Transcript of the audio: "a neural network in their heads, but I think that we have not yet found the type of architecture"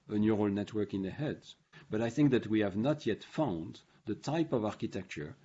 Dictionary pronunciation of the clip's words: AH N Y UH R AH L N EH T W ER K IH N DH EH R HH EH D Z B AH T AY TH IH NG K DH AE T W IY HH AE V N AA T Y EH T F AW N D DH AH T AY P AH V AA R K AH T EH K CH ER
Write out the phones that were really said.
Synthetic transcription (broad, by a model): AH N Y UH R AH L N EH T W ER K IH N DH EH HH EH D B AH T AY TH IH NG K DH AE T W IY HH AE V N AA T Y EH T F AW N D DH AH T AY P AH V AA R K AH T EH K CH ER